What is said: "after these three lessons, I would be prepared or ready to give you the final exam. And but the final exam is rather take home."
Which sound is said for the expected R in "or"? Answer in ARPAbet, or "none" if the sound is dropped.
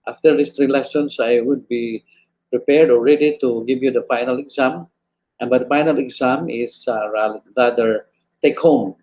L